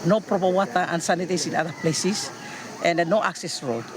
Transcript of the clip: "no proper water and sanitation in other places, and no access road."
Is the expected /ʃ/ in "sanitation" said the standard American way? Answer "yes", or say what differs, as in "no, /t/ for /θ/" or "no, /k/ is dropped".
no, /s/ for /ʃ/